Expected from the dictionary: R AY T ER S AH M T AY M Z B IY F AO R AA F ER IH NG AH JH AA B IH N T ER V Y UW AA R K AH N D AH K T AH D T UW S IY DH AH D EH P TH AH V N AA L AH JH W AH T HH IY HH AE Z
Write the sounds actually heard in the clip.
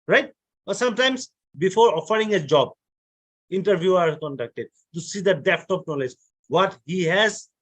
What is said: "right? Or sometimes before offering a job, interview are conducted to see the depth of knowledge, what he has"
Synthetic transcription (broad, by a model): R AY T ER S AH M T AY M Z B IY F AO R AA F ER IH NG AH JH AA B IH N T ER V Y UW AA R K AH N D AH K T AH D T UW S IY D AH D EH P T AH P N AA L AH JH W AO T HH IY HH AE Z